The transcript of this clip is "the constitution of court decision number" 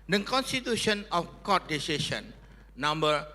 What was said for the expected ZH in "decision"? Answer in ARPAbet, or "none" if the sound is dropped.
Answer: S